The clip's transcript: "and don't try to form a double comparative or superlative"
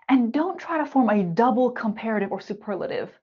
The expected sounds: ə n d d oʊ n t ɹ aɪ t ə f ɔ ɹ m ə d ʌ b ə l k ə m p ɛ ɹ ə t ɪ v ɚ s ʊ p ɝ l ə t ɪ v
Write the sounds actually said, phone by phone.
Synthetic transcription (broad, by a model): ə n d d oʊ n t ɹ aɪ t ə f ɔ ɹ m ə d ʌ b l k ə m p ɛ ɹ ə t ɪ v ɚ s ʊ p ɝ l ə t ɪ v